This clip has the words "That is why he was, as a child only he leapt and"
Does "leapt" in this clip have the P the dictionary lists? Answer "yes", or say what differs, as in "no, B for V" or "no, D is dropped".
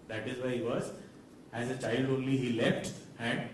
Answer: no, F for P